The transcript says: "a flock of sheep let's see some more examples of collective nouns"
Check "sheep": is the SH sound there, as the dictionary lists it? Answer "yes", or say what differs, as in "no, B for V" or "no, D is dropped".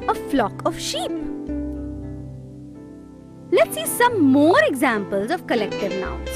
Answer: yes